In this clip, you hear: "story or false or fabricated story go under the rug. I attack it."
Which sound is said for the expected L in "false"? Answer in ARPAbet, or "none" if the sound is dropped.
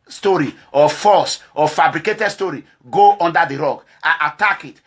none